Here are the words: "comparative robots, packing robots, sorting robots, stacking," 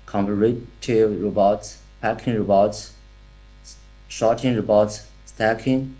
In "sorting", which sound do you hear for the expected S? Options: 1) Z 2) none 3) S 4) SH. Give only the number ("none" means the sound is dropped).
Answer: 4